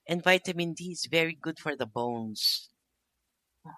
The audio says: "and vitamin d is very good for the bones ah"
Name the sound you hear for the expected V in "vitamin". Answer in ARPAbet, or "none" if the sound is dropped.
V